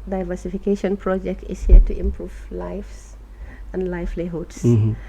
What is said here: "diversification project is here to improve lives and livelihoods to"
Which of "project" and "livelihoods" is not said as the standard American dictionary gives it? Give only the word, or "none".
livelihoods